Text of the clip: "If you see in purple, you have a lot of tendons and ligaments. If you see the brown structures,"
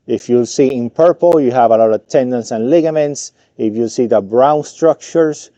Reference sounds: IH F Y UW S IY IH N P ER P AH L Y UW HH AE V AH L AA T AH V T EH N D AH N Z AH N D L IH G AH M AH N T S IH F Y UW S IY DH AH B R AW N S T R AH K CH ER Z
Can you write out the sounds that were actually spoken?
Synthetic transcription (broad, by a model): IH F Y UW S IY IH N P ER P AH L Y UW HH AE V AH L AA T AH V T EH N D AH N S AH N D L IH G AH M AH N T S IH F Y UW S IY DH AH B R AW N S T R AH K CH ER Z